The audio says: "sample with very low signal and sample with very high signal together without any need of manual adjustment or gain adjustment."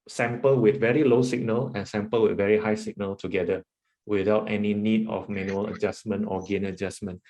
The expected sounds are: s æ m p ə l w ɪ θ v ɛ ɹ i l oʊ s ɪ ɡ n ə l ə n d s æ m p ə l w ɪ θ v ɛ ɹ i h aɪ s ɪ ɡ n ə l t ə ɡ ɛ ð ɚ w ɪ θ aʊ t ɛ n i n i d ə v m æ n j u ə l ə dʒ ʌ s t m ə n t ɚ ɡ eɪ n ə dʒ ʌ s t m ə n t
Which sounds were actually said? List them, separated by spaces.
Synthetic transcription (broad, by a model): s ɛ m p ə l w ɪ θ v ɛ ɹ i l oʊ s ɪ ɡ n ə l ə n s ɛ m p ə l w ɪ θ v ɛ ɹ i h aɪ s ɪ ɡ n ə l t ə ɡ ɛ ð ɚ w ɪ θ aʊ t ɛ n i n i d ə f m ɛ n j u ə l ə dʒ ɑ s m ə n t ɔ ɡ eɪ n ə dʒ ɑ s m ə n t